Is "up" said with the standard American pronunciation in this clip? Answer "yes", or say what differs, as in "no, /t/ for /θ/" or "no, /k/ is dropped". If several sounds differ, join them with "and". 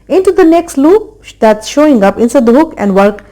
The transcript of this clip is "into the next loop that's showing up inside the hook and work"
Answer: yes